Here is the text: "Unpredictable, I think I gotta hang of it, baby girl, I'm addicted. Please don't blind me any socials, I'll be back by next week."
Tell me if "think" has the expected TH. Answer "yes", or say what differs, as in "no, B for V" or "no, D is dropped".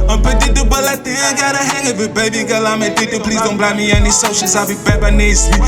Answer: no, T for TH